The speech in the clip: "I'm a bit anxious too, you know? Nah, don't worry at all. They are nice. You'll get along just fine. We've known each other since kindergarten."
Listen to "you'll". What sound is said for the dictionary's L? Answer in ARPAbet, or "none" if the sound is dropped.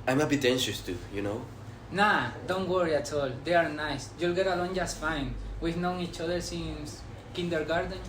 L